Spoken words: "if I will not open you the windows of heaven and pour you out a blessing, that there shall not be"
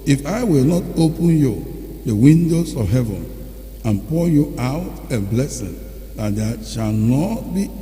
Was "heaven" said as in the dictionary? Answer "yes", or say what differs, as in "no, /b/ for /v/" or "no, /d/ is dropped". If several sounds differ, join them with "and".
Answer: yes